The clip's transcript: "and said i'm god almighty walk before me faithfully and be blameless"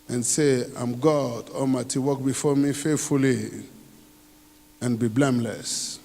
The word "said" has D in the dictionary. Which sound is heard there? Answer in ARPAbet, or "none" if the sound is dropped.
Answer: none